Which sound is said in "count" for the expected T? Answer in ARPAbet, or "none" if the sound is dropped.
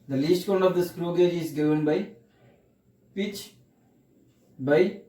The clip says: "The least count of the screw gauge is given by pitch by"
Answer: none